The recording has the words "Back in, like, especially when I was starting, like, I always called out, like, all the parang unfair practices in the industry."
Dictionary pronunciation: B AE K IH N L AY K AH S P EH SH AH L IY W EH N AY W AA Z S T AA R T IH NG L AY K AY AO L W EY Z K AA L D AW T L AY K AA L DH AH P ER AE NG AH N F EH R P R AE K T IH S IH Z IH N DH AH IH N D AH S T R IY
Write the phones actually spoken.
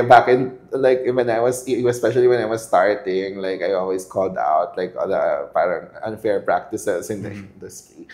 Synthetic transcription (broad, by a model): B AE K IH N L AY K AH S P EH SH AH L IY W EH N AY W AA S S T AA R T IH NG L AY K AY AO L W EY S K AA L D AW T L AY K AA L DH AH P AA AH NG AH N F EH R P R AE K T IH S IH S IH N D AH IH N D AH S T R IY